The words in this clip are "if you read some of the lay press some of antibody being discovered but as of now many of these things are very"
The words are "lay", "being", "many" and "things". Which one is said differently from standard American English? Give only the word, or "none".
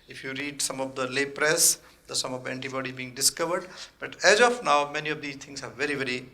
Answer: things